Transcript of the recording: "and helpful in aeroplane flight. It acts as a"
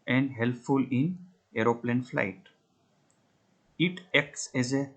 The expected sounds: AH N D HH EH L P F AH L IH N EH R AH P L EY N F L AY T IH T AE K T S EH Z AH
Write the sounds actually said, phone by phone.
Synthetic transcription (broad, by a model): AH N D HH EH L P F AH L IH N EH R AH P L EY N F L AY T IH T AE K T S EH Z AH